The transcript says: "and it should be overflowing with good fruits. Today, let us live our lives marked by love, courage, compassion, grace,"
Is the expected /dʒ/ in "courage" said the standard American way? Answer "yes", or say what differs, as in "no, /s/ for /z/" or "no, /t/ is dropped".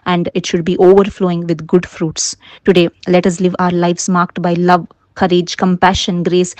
yes